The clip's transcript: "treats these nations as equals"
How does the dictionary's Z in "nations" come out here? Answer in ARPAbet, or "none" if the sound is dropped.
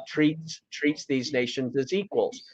Z